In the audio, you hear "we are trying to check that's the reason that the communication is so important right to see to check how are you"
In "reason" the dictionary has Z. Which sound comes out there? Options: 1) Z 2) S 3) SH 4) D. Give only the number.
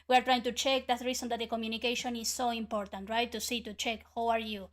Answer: 2